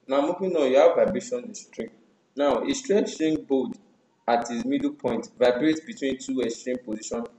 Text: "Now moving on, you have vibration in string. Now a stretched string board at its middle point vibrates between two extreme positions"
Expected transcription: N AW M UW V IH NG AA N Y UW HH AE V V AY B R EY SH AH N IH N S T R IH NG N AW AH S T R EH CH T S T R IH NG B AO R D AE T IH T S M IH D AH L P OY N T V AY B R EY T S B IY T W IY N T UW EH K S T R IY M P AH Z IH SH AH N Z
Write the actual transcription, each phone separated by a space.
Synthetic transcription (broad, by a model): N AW M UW P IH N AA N Y UW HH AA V V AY B R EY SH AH N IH S T R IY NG N AW AH S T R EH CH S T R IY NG B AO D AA T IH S M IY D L P OY N T V AY B R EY T B IY T W IY N T UW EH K S T R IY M P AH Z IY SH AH N